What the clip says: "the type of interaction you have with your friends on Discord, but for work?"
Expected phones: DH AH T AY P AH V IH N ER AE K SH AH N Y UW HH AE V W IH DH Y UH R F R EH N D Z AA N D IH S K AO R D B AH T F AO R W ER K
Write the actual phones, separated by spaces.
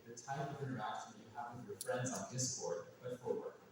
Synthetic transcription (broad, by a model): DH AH T AY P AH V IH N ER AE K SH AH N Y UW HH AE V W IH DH Y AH R F R EH N D Z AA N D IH S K AO R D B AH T F AO R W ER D